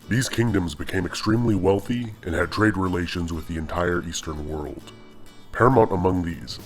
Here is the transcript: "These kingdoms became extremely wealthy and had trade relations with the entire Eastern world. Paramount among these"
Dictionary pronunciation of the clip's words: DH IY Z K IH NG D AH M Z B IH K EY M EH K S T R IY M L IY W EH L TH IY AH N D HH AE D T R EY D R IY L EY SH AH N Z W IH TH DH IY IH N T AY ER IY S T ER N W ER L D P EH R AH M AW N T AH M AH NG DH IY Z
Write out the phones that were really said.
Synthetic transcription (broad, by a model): DH IY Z K IH NG D AH M Z B IH K EY M EH K S T R IY M L IY W EH L TH IY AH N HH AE D T R EY D R IY L EY SH AH N Z W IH DH IY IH N T AY ER IY S T ER N W ER L D P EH R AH M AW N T AH M AH NG DH IY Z